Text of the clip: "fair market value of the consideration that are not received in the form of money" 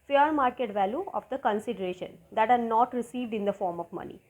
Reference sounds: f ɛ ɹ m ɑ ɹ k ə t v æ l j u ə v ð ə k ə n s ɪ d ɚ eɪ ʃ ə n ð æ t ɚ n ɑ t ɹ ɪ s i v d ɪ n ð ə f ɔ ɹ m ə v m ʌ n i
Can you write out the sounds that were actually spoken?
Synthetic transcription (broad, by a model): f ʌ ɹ m ɑ ɹ k ə t v æ l j u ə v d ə k ə n s ɪ d ɚ eɪ ʃ ə n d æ t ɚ n ɑ t ɹ ɪ s i v d ɪ n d ə f ɔ ɹ m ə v m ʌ n i